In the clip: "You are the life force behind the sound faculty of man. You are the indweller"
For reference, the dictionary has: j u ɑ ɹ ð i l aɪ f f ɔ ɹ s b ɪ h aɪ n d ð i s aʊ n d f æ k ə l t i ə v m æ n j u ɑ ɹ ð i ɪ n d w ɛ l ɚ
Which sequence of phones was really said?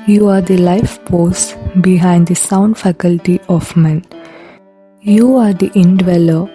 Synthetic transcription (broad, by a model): j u ɑ ɹ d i l aɪ f p ɔ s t b ɪ h aɪ n d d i s aʊ n d f æ k ə l t i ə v m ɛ n j u ɑ ɹ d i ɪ n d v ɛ l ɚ